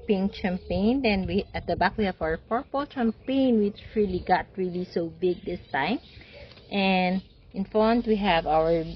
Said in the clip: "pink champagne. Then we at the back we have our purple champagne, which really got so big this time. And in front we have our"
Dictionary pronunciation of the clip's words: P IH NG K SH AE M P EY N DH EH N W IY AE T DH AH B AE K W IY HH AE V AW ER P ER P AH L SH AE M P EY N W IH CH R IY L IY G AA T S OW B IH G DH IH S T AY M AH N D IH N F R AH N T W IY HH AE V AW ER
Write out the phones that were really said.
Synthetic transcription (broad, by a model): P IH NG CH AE M P EY N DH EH N W IY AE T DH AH B AE K W IY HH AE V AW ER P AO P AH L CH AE M P EY N W IH CH R IY L IY G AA T S OW B IH G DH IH S T AY M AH N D IH N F AH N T W IY HH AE V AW ER